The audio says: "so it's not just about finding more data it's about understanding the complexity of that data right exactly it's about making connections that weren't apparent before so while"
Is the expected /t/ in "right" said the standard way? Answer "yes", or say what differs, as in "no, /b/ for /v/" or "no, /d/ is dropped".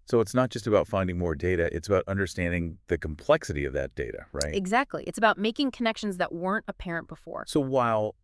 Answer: yes